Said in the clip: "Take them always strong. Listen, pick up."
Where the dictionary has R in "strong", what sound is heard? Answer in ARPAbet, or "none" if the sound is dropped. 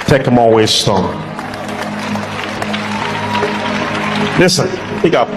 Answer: none